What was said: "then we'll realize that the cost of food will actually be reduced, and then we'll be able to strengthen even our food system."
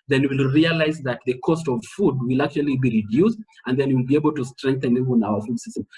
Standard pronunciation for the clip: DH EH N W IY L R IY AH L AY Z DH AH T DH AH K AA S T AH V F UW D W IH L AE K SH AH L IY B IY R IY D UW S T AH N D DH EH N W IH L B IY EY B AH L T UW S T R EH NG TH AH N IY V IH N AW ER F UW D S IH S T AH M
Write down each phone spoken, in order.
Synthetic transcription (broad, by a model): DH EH N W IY L R IY AH L AY Z DH AH T DH AH K AA S T AH V F UW D W IH L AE K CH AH L IY B IY R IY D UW S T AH N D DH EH N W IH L B IY EY B AH L T UW S T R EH NG TH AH N IY V IH N AW ER F UW D S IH S T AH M